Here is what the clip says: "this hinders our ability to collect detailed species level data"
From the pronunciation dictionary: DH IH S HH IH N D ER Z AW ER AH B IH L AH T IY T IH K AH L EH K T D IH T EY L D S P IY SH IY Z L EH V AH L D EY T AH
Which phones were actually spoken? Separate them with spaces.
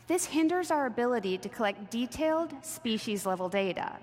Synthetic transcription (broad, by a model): DH IH S HH IH N D ER Z AW ER AH B IH L AH T IY T IH K AH L EH K T D IH T EY L D S P IY SH IY Z L EH V L D EY T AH